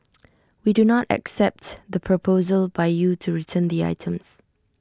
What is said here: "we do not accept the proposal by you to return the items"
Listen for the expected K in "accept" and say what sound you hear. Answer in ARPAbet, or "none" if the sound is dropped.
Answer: K